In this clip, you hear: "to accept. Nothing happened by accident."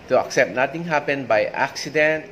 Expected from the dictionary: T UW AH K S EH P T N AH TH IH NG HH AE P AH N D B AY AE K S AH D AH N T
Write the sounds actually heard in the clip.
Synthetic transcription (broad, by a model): T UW AH K S EH P T N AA T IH NG HH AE P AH N B AY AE K S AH D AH N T